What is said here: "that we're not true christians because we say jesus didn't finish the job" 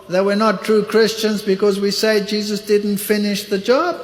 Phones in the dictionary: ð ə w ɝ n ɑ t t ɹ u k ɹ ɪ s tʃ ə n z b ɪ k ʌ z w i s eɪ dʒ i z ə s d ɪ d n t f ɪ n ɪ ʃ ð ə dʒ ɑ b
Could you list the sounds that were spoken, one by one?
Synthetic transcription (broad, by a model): ð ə w ɝ n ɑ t t ɹ u k ɹ ɪ s tʃ ə n z b ɪ k ʌ z w i s eɪ dʒ i z ə s d ɪ d n t f ɪ n ɪ ʃ ð ə dʒ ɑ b